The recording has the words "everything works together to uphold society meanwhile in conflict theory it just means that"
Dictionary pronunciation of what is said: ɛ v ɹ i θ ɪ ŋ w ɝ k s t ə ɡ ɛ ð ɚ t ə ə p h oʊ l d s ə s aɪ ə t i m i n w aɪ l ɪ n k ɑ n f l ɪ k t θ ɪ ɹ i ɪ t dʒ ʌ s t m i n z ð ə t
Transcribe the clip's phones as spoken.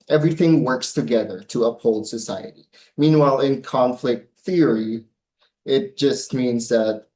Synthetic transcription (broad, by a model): ɛ v ɹ i θ ɪ ŋ w ɝ k s t ə ɡ ɛ ð ɚ t ə ə p h oʊ l d s ə s aɪ ə t i m i n w aɪ l ɪ n k ɑ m f l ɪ k t θ ɪ ɹ i ɪ t dʒ ʌ s t m i n z ð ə t